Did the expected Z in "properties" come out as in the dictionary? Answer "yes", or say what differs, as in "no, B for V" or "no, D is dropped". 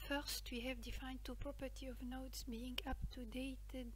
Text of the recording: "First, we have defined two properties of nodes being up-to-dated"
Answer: no, Z is dropped